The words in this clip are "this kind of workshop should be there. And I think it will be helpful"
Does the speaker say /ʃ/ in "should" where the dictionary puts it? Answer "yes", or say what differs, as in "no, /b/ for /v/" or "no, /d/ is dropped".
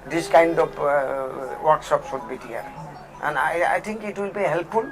no, /s/ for /ʃ/